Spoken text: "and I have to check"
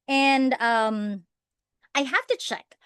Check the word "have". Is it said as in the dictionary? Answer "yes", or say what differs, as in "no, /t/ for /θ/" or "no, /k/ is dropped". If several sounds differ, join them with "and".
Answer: no, /f/ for /v/